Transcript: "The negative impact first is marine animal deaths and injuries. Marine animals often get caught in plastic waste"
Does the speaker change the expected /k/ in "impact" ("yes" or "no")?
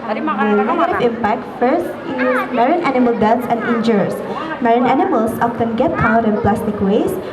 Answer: no